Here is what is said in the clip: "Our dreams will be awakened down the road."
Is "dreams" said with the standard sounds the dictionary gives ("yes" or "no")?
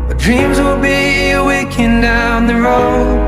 yes